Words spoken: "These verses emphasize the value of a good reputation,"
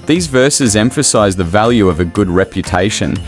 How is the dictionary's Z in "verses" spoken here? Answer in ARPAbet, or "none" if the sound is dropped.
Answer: Z